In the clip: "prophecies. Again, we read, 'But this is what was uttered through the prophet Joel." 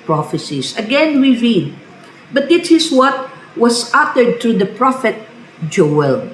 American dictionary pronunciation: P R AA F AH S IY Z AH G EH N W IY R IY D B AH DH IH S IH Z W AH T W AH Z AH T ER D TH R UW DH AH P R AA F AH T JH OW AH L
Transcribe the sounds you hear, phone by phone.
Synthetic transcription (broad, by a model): P R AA F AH S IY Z AH G EH N W IY R IY D B AH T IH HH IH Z W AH T W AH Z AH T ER D T R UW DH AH P R AA F AH T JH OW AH L